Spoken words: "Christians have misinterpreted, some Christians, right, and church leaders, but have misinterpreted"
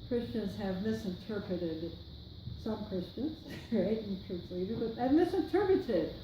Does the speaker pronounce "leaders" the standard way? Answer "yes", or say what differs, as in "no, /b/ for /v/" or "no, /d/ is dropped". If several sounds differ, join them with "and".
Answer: no, /z/ is dropped